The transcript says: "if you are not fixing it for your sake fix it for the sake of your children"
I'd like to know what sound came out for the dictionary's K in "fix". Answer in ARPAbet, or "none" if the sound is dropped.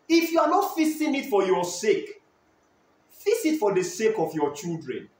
none